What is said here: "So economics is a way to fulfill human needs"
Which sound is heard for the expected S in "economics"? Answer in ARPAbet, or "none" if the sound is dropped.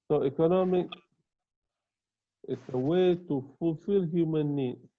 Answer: none